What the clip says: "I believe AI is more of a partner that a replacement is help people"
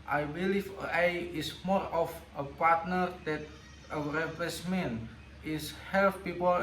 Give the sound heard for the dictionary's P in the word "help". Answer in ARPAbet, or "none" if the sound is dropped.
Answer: F